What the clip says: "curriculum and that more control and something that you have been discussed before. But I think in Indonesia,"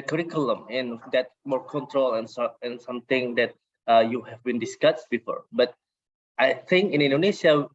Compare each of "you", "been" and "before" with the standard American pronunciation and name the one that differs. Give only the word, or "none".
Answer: none